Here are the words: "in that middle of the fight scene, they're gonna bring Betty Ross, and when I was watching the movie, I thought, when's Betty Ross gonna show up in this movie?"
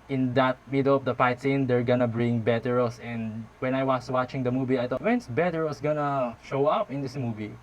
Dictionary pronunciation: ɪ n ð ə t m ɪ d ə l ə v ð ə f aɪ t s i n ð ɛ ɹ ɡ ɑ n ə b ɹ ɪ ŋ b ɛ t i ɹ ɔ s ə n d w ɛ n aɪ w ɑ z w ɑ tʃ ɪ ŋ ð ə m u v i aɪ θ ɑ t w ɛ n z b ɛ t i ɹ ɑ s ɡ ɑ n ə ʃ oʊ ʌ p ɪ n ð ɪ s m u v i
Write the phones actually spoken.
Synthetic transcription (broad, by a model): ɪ n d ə t m ɪ d ə l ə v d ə p aɪ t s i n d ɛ ɹ ɡ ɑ n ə b ɹ ɪ ŋ b ɛ t i ɹ ɔ s ə n d w ɛ n aɪ w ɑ s w ɑ tʃ ɪ ŋ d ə m u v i aɪ t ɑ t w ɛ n s b ɛ t i ɹ ɑ s ɡ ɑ n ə ʃ oʊ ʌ p ɪ n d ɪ s m u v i